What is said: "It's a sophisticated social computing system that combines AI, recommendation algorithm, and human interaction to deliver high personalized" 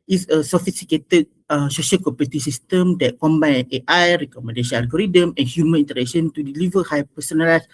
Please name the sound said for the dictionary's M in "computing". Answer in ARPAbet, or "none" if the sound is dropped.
none